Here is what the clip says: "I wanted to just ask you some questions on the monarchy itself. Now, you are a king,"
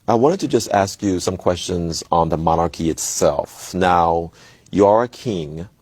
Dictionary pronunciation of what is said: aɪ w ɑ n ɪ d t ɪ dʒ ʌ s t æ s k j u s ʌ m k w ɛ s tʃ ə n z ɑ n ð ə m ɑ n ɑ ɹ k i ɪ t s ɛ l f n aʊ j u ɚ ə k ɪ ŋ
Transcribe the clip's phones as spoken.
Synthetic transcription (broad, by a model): aɪ w ɑ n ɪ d t ɪ dʒ ʌ s t æ s k j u s ʌ m k w ɛ s tʃ ə n z n ð ə m ɑ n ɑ ɹ k i ɪ t s ɛ l f n aʊ j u ɚ ə k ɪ ŋ